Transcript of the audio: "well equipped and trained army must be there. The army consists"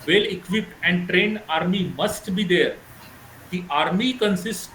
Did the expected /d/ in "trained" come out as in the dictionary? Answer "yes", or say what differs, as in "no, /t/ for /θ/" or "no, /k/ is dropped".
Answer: no, /d/ is dropped